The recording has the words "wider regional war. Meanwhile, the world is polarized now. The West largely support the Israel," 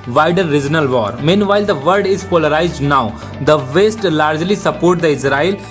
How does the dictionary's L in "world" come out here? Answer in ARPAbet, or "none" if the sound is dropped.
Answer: none